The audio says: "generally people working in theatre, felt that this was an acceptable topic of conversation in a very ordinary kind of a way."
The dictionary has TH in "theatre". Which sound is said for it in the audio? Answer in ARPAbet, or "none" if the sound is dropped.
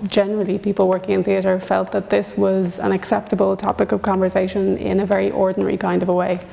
TH